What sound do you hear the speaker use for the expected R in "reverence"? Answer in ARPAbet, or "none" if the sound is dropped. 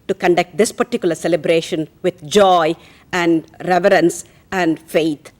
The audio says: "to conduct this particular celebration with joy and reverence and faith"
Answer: R